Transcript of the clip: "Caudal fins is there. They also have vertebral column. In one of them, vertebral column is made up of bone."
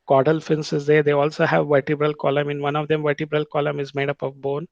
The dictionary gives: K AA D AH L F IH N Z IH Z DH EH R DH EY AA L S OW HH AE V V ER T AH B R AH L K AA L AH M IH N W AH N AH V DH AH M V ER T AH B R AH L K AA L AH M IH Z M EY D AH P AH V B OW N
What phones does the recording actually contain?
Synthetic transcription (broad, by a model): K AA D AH L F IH N S IH Z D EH R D EY AA L S OW HH AE V V ER T AH B R AH L K AA L AH M IH N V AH N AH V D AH M V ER T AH B R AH L K AA L AH M IH Z M EY D AH P AH V B OW N